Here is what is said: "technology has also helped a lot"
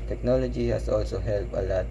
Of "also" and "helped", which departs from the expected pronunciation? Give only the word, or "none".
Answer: helped